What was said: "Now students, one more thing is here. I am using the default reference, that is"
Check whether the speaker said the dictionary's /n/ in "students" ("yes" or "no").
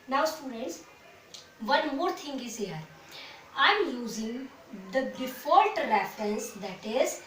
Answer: yes